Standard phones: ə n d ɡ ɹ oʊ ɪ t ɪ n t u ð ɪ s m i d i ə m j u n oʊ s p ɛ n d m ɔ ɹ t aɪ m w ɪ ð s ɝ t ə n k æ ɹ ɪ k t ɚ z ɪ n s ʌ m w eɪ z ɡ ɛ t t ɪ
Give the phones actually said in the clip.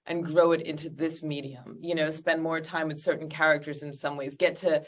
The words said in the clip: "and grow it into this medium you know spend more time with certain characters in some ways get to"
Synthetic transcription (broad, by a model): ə n ɡ ɹ oʊ ɪ t ɪ n t u ð ɪ s m i d i ə m j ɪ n oʊ s p ɛ n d m ɔ ɹ t aɪ m w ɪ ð s ɝ t n k æ ɹ ɪ k t ɚ z ɪ n s ʌ m w eɪ z ɡ ɛ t t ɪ